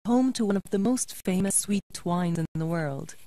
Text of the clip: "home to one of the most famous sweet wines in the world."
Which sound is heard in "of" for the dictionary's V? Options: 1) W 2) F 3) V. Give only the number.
3